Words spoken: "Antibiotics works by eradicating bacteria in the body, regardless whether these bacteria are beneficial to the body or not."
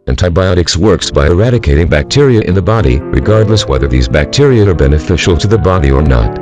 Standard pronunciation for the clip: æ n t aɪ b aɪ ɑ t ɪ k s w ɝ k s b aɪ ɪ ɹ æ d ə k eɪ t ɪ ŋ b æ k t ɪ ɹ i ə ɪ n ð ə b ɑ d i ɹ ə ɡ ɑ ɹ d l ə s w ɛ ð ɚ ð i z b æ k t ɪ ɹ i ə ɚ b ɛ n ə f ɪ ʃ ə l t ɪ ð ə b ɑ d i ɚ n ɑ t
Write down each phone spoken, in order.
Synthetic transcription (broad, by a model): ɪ n t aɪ b aɪ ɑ t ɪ k s w ɝ k s b aɪ ɪ ɹ æ d ə k eɪ t ɪ ŋ b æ k t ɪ ɹ i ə ɪ n ð ə b ɑ d i ɹ ə ɡ ɑ ɹ d l ə s w ɛ ð ɚ ð i z b æ k t ɪ ɹ i ə ɚ b ɛ n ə f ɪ ʃ l t ɪ ð ə b ɑ d i ɚ n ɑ t